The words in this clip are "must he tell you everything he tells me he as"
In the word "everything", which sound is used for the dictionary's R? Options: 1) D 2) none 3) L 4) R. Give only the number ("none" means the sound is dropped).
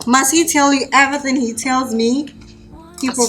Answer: 2